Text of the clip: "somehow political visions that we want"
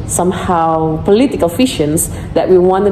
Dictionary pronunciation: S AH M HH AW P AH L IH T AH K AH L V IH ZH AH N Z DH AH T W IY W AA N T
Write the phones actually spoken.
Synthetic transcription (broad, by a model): S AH M HH AW P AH L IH T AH K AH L F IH SH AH N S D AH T W IY W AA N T